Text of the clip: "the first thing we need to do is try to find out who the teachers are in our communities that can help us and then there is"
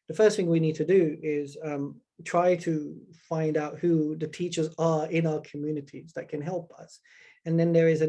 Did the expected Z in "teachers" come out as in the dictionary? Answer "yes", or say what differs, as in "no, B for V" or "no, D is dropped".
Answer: yes